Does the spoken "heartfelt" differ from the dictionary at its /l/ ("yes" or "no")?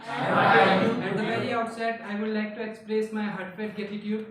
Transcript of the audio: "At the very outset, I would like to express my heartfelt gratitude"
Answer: yes